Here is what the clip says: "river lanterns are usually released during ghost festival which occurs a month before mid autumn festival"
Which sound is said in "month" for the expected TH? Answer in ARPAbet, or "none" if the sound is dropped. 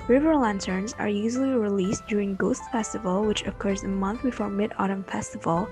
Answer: TH